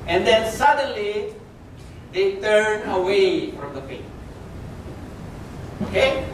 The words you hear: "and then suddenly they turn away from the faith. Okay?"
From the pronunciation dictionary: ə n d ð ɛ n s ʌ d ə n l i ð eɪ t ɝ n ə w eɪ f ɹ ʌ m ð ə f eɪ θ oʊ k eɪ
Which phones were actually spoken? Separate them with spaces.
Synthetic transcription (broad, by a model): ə n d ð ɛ n s ʌ d ə n l i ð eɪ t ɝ n ə w eɪ f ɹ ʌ m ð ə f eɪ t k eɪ